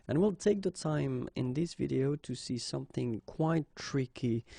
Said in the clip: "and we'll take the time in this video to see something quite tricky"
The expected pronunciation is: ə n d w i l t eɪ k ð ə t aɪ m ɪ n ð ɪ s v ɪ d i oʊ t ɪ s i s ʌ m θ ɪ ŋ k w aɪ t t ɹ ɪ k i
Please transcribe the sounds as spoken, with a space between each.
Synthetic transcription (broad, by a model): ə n w i l t eɪ k ð ə t aɪ m ɪ n ð ɪ s v ɪ d i oʊ t ɪ s i s ʌ m θ ɪ ŋ k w aɪ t t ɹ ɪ k i